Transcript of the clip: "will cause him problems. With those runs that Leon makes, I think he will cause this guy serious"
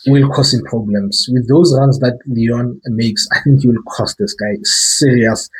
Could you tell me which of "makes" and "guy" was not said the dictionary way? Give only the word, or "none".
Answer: none